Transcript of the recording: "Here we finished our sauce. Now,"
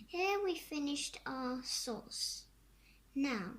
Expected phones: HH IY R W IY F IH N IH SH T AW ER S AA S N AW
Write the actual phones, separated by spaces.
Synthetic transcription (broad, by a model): HH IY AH W IY F IH N IH SH T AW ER S AA S N AW